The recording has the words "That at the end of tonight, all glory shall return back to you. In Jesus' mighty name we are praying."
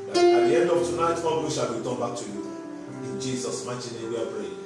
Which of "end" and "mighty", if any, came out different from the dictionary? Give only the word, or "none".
none